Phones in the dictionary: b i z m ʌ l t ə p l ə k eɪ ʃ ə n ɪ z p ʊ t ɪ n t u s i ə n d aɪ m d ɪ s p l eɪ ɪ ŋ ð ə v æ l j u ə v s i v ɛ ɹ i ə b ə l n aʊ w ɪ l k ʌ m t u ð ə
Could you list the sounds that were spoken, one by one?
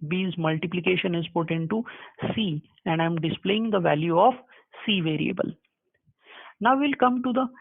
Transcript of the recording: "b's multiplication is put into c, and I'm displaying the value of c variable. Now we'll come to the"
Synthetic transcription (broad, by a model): b i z m ʌ l t ə p l ə k eɪ ʃ ə n ɪ z p ʊ t ɪ n t u s i ə n d aɪ m d ɪ s p l eɪ ɪ ŋ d ə v æ l j u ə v s i v ɛ ɹ i ə b ə l n aʊ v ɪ l k ʌ m t u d ə